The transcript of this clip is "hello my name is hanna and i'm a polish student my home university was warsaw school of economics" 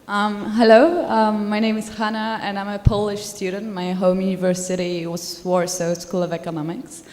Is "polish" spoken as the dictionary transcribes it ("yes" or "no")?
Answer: yes